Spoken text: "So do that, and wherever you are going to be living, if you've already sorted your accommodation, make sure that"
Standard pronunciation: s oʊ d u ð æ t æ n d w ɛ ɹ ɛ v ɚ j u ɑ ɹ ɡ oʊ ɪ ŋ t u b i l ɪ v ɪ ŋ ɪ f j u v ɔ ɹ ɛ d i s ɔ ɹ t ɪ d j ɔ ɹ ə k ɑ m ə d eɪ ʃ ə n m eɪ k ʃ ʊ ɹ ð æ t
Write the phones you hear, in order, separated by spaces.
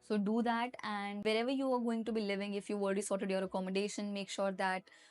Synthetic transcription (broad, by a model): s oʊ d u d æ t æ n d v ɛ ɹ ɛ v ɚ j u ɑ ɹ ɡ oʊ ɪ ŋ t u b i l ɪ v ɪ ŋ ɪ f j u v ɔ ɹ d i s ɔ ɹ t ɪ d j ɔ ɹ ə k ɑ m ə d eɪ ʃ ə n m eɪ k ʃ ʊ ɹ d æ t